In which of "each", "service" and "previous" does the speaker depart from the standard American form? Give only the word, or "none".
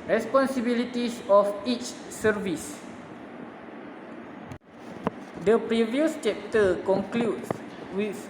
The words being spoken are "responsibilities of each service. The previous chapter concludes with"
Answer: none